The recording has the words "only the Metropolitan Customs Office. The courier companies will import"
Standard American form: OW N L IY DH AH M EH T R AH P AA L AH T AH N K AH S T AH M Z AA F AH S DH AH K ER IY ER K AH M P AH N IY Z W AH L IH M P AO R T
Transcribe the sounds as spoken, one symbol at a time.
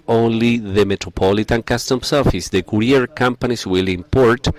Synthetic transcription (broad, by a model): OW N L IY DH AH M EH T R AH P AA L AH T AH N K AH S T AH M S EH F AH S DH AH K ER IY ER K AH M P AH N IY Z W AH L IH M P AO R T